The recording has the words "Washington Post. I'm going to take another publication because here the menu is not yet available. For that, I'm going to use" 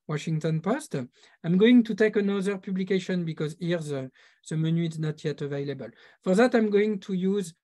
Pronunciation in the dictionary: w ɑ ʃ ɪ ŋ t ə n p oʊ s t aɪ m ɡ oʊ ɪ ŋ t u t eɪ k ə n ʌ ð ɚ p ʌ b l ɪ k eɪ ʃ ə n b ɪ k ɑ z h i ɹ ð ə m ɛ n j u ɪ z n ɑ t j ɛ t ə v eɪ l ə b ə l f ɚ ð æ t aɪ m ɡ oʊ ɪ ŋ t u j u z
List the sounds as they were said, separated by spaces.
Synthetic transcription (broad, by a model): w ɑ ʃ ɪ ŋ t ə n p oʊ s t aɪ m ɡ oʊ ɪ ŋ t u t eɪ k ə n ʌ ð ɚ p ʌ b l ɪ k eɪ ʃ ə n b ɪ k ɑ z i ɹ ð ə m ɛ n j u ɪ z n ɑ t j ɛ t ə v eɪ l ə b ə l f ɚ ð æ t aɪ m ɡ oʊ ɪ ŋ t u j u z